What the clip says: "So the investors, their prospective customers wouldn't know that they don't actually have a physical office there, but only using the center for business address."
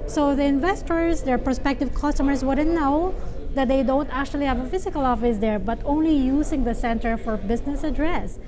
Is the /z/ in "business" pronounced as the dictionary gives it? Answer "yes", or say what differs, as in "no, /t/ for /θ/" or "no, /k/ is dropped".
no, /s/ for /z/